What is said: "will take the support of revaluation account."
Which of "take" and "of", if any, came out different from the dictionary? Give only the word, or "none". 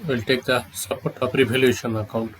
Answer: of